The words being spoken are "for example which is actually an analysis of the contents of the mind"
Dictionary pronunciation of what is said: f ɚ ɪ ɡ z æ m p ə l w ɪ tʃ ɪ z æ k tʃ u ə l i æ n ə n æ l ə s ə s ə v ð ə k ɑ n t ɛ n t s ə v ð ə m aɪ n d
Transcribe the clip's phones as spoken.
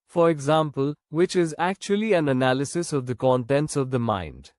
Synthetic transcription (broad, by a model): f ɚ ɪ ɡ z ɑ m p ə l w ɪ tʃ ɪ z æ k tʃ u ə l i æ n ə n æ l ə s ə s ə v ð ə k ɑ n t ɛ n t s ə v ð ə m aɪ n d